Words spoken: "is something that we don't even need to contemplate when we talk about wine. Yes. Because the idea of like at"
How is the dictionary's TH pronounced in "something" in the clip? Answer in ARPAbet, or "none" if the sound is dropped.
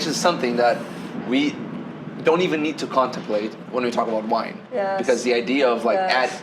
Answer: TH